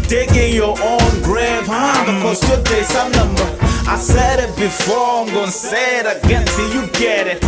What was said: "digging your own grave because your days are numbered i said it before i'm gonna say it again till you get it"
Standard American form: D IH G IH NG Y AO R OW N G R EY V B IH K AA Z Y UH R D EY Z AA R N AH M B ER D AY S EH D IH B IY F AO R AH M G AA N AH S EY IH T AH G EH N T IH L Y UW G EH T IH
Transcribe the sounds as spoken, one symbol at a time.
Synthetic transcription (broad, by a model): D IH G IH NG Y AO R OW N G R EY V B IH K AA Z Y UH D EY S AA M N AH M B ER AY S EH D IH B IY F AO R AH M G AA N S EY IH T AH G EH N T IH Y UW G EH T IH